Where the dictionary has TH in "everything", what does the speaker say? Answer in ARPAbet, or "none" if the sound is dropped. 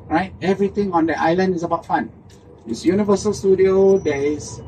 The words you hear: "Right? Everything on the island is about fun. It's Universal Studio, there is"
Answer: T